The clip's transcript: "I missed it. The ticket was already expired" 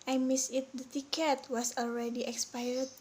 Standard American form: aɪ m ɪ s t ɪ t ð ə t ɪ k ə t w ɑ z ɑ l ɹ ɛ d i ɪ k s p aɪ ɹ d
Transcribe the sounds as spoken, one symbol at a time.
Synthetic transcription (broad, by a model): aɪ m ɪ s ɪ t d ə t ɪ k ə t w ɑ s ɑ l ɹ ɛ d i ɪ k s p aɪ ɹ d